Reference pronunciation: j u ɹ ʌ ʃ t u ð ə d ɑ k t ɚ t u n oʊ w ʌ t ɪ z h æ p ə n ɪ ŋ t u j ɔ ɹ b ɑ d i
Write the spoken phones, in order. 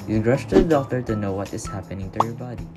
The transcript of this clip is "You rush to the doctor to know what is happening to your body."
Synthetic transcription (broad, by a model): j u ɹ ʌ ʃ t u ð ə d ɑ t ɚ t u n oʊ w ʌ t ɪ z h æ p ə n ɪ ŋ t u j ɔ ɹ b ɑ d i